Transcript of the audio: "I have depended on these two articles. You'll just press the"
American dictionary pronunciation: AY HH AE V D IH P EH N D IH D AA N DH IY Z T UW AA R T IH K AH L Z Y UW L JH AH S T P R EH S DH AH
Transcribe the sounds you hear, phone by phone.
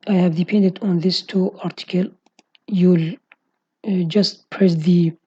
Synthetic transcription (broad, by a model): AY HH AE V D IH P EH N D IH D AA N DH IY S T UW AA R T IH K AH L Y UW L JH AH S T P R EH S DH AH